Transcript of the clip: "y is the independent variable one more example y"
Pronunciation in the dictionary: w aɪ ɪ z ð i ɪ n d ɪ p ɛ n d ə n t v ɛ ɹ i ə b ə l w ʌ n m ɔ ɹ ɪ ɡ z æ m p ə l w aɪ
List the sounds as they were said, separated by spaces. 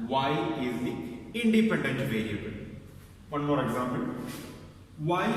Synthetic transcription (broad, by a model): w aɪ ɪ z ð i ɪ n d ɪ p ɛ n d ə n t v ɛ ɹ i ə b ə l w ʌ n m ɔ ɹ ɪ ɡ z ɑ m b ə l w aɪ